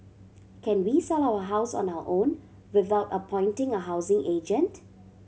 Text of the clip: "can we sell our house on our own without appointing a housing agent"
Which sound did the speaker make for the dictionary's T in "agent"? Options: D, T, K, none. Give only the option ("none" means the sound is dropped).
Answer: T